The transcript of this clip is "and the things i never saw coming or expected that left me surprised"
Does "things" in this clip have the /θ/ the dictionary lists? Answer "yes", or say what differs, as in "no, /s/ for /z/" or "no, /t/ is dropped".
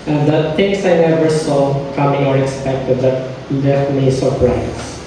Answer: no, /t/ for /θ/